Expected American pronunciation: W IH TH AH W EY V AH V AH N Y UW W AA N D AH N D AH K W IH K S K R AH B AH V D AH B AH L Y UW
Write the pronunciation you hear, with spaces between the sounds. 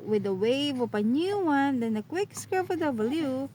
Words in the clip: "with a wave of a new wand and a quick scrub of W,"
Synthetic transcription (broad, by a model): W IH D AH W EY V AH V AH N Y UW W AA N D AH N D AH K W IH K S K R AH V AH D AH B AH L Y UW